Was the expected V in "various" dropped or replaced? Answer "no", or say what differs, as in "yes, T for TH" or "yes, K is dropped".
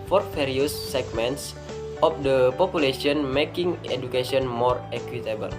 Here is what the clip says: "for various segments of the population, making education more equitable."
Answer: yes, F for V